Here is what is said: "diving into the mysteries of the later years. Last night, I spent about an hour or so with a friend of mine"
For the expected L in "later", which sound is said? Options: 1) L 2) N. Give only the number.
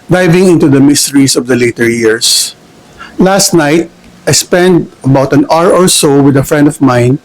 1